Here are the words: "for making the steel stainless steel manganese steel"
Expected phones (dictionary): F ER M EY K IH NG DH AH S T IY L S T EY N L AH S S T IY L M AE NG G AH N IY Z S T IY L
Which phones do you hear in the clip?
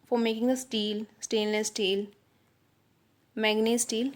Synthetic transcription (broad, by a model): F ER M EY K IH NG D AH S T IY L S T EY L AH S S T IY L M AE G N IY S T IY L